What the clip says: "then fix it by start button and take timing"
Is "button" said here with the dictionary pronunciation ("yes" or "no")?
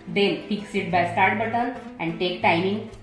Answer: no